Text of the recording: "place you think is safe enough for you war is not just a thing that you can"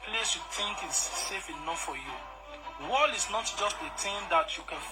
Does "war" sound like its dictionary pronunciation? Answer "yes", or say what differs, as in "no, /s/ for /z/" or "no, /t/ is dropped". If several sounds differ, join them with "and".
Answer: no, /l/ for /ɹ/